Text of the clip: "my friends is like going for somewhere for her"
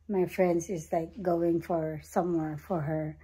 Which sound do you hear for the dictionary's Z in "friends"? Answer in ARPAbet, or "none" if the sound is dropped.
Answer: S